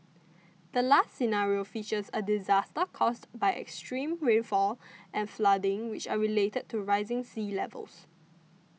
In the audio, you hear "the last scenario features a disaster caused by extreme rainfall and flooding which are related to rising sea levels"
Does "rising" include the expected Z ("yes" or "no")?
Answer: yes